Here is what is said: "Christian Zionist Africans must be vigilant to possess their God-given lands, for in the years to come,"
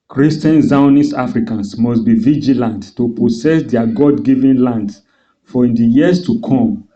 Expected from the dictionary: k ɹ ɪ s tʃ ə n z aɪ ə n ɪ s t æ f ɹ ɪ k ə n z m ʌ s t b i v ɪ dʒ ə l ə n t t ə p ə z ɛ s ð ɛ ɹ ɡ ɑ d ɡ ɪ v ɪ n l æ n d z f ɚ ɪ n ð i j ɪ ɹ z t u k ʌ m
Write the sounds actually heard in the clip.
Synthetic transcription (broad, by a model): k ɹ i s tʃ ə n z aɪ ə n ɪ s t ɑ f ɹ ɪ k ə n s m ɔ s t b i v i dʒ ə l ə n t t ə p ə s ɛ s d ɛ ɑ ɡ ɑ d ɡ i v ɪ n l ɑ n d f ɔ ɪ n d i j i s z t u k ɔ m